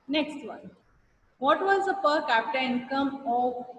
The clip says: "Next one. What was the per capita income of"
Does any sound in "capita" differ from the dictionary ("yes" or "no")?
no